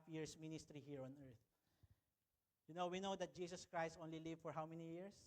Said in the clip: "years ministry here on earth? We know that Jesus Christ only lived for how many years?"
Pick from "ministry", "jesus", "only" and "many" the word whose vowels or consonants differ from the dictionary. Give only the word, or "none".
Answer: jesus